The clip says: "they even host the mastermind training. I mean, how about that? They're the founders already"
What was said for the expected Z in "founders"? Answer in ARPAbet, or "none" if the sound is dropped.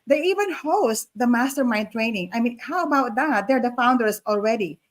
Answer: S